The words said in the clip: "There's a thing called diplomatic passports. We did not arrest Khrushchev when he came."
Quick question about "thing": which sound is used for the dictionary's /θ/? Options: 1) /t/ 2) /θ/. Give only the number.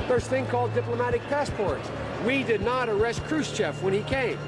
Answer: 2